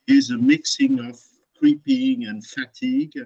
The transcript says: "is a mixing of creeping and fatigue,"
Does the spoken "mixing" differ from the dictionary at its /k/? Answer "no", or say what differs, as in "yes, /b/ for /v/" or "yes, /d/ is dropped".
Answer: no